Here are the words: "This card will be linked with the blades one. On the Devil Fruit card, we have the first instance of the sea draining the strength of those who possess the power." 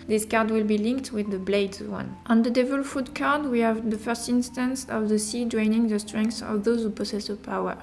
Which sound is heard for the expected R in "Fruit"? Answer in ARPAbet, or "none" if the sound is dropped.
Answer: none